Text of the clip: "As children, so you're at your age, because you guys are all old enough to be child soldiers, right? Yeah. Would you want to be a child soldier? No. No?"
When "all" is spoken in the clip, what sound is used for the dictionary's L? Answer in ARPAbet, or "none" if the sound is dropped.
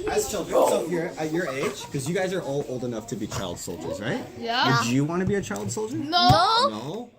L